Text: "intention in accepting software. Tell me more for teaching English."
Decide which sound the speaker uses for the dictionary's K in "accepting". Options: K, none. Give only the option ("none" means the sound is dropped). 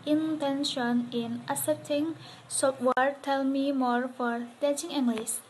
none